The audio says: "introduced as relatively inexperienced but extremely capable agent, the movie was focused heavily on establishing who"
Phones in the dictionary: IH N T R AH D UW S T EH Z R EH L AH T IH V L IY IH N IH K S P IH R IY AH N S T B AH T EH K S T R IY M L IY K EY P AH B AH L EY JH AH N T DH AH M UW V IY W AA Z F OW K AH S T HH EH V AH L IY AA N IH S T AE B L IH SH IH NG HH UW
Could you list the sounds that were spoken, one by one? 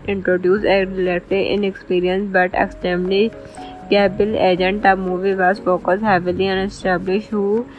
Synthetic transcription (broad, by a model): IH N T R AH D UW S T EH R L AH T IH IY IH N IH K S P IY R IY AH N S B AH T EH K S T EH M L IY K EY B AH L EY JH AH N T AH M UW V IY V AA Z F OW K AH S HH EH V AH L IY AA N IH S T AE B L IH SH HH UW